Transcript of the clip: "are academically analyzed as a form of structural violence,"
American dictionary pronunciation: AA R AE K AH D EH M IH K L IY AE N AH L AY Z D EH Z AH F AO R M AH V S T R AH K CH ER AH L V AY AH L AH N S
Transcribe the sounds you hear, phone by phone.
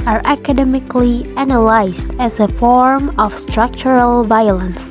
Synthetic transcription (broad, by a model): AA R AE K AH D EH M IH K L IY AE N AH L AY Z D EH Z AH F AO R M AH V S T R AH K CH ER AH L V AY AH L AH N S